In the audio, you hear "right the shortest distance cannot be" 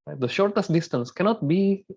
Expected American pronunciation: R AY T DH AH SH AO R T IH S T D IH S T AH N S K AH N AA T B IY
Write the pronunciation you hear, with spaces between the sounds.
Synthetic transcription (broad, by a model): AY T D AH SH AO R T IH S T D IH S T AH N S K AH N AA T B IY